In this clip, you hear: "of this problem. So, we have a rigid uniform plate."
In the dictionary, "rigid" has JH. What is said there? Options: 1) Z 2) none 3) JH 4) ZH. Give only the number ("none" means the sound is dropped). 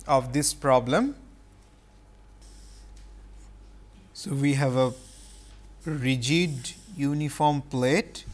3